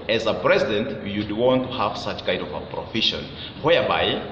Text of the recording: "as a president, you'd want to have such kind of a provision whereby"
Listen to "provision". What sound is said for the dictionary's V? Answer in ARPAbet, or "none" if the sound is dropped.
F